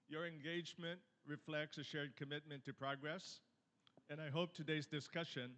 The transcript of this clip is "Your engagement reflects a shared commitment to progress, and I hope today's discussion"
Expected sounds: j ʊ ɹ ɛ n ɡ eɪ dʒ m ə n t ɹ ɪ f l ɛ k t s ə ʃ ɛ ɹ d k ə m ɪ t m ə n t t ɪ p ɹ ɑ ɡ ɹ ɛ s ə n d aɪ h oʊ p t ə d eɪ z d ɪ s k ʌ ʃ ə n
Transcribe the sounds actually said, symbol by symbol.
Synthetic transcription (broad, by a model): j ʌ ɹ ɛ n ɡ eɪ dʒ m ə n t ɹ ɪ f l ɛ k t s ə ʃ ɛ ɹ d k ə m ɪ t m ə n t t ɪ p ɹ ɑ ɡ ɹ ɛ s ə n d aɪ h oʊ p t ə d eɪ z d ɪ s k ʌ ʃ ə n